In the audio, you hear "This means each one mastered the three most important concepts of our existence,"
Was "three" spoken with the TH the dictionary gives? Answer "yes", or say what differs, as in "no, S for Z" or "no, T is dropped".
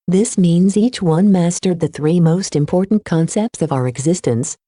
yes